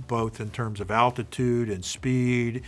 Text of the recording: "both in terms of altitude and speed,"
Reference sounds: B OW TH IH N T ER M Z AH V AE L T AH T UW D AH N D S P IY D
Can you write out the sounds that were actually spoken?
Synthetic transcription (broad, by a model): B OW TH IH N T ER M Z AH V AE L T AH T UW D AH N S P IY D